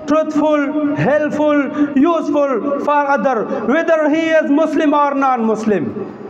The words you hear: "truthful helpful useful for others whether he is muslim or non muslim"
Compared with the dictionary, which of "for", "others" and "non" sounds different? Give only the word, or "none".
others